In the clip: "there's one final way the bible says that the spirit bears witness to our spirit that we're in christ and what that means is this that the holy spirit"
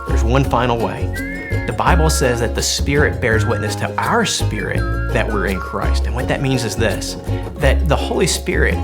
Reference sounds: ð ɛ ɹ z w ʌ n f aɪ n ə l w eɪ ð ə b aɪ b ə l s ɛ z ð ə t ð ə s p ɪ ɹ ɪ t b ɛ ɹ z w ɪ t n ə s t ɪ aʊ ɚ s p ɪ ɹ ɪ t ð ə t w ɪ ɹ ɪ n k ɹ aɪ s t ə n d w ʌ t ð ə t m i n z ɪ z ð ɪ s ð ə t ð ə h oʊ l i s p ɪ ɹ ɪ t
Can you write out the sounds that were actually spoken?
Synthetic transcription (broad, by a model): ð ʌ ɹ z w ʌ n f aɪ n l w eɪ ð ə b aɪ b l s ɛ z ð ə t ð ə s p ɪ ɹ ɪ t b ɛ ɹ z w ɪ t n ə s t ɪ aʊ ɚ s p ɪ ɹ ɪ t ð ə t w ɪ ɹ ɪ n k ɹ aɪ s t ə n w ʌ t ð ə t m i n z ɪ z ð ɪ s ð ə t ð ə h oʊ l i s p ɪ ɹ ɪ t